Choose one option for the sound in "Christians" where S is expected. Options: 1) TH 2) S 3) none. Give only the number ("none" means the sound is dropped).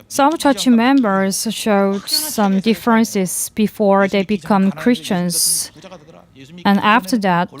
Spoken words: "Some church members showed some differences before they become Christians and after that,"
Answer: 2